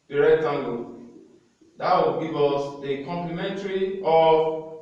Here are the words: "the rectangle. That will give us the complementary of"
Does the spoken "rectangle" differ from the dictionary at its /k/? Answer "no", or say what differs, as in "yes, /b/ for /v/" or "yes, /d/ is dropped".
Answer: yes, /k/ is dropped